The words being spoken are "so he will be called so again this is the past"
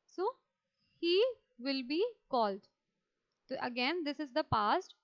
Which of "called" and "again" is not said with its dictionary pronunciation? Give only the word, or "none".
none